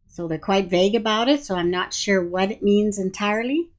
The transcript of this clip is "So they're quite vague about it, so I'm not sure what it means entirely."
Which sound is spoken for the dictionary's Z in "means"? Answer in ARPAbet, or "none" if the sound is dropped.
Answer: Z